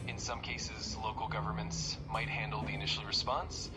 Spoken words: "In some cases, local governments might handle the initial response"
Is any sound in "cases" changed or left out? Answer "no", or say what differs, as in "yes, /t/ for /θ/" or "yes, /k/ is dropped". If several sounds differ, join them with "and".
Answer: no